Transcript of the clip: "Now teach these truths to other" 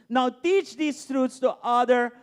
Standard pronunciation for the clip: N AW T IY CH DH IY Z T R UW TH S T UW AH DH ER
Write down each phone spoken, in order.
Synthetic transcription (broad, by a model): N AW T IY CH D IY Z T R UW T S T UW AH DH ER